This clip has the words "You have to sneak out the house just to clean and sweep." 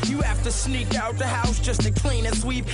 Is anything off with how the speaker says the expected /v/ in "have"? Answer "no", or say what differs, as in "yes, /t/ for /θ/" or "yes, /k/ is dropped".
yes, /f/ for /v/